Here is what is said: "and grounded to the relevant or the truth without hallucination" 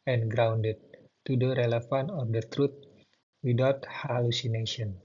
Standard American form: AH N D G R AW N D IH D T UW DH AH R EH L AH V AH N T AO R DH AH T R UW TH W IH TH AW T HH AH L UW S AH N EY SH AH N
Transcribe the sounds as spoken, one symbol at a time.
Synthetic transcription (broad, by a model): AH N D G R AW N D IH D T UW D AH R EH L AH F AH N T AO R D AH T R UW T W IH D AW T HH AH L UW S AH N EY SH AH N